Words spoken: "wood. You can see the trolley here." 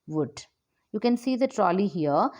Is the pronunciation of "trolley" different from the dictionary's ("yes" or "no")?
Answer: no